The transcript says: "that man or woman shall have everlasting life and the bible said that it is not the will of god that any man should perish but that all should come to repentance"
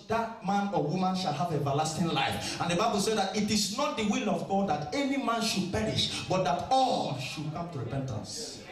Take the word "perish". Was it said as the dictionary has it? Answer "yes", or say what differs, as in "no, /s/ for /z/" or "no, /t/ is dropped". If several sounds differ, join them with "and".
yes